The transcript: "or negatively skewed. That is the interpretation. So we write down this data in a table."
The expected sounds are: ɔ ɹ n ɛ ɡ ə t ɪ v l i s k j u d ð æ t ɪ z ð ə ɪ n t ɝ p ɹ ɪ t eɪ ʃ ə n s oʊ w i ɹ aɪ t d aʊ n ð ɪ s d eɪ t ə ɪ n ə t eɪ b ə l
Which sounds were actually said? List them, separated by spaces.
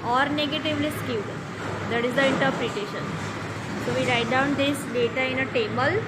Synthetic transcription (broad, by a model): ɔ ɹ n ɛ ɡ ə t ɪ v l i s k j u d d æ t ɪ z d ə ɪ n t ɝ p ɹ ɪ t eɪ ʃ ə n s oʊ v i ɹ aɪ t d aʊ n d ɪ s d eɪ t ə ɪ n ə t eɪ b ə l